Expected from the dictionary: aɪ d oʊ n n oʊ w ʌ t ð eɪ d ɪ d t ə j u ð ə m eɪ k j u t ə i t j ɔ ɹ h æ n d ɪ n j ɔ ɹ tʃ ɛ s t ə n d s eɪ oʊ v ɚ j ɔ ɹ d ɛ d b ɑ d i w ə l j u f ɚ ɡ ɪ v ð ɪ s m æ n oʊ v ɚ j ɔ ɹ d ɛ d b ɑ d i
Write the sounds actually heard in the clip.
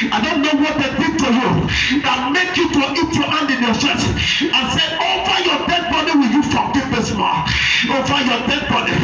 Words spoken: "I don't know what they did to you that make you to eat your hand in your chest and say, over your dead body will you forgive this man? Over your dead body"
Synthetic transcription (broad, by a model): aɪ d oʊ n n oʊ w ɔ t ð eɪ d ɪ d t ə j u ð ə m eɪ k j u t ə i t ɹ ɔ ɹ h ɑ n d ɪ n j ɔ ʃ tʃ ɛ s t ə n s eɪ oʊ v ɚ j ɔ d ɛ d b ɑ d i w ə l j u f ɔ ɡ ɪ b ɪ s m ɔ oʊ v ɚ j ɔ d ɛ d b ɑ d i